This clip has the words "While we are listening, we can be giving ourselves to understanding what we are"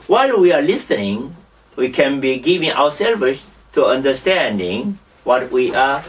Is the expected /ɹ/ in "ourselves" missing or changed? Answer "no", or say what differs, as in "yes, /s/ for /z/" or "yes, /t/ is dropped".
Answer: yes, /w/ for /ɹ/